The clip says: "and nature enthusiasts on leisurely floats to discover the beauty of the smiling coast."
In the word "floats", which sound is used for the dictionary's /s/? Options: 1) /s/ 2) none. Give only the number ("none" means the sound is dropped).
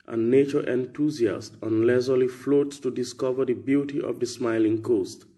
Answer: 1